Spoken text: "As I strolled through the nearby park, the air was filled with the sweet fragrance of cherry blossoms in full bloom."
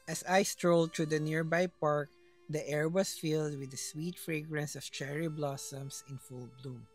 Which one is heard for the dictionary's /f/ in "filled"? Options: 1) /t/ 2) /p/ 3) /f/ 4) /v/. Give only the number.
3